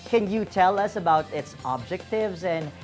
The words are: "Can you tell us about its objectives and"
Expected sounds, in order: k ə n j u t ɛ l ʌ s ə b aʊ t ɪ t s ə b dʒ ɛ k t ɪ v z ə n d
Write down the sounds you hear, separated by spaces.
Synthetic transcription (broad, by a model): k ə n j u t ɛ l ʌ s ə b aʊ t ɪ t s ə b dʒ ɛ k t ɪ v z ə n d